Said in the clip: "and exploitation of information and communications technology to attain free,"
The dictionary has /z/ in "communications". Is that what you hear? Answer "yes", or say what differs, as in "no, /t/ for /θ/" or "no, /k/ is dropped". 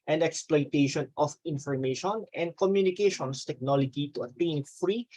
no, /s/ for /z/